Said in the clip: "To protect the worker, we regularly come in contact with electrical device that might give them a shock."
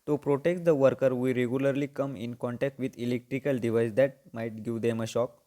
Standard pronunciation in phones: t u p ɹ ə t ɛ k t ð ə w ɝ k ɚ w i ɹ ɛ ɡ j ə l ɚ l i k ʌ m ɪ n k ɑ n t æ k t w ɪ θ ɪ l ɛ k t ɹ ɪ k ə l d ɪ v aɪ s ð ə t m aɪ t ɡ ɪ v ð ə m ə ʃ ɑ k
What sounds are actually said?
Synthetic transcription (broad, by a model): t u p ɹ ə t ɛ k t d ə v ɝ k ɚ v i ɹ ɛ ɡ j ə l ɚ l i k ʌ m ɪ n k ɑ n t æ k t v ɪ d ɪ l ɛ k t ɹ ɪ k ə l d ɪ v aɪ s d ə t m aɪ t ɡ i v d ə m ə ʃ ɑ k